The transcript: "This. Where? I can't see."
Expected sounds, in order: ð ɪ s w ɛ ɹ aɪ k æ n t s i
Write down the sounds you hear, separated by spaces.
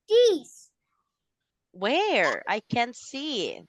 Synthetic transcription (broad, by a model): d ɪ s w ɛ ɹ aɪ k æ n t s i